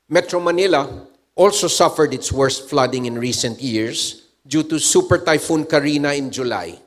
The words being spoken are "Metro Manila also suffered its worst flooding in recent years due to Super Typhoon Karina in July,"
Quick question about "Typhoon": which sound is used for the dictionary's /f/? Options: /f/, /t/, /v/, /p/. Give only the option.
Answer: /f/